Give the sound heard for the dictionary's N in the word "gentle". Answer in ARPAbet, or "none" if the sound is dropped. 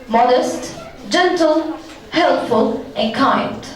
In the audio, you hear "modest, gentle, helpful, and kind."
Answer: N